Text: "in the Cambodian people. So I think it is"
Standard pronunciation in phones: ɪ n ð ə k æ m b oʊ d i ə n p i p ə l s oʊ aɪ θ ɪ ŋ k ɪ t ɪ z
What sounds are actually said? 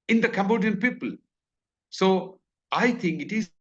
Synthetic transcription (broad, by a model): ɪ n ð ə k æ m b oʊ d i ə n p i p ə l s oʊ aɪ t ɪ ŋ k ɪ t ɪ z